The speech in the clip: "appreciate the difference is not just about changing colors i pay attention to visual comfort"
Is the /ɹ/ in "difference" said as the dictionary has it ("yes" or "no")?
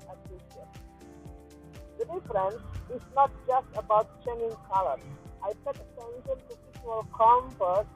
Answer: yes